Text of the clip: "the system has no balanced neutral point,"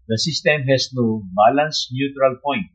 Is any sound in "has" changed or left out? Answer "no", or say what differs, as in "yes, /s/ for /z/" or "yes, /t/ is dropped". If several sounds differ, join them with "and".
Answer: yes, /s/ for /z/